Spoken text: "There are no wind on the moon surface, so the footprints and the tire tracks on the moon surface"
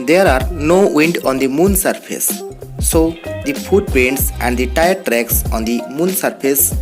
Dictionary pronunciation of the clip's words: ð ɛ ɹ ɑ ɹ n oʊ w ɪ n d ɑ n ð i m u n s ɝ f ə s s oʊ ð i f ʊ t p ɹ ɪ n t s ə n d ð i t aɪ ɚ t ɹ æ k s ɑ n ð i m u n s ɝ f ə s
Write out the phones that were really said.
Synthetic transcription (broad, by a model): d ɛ ɹ ɑ ɹ n oʊ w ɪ n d ɑ n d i m u n s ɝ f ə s s oʊ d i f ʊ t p ɛ n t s ə n d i t aɪ ɚ t ɹ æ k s ɑ n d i m u n s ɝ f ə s